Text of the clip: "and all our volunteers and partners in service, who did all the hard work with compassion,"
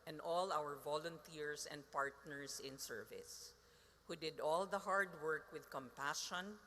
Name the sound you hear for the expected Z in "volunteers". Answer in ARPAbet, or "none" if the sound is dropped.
S